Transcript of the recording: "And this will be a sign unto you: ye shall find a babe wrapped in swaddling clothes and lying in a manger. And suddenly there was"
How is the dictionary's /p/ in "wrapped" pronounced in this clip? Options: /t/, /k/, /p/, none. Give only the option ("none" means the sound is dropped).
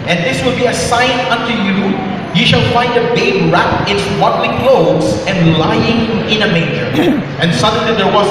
none